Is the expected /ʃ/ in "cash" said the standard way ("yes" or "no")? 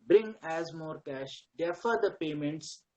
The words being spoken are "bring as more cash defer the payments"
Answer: yes